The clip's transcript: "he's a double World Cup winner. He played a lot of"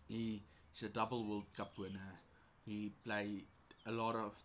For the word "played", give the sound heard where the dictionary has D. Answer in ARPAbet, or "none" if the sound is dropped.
none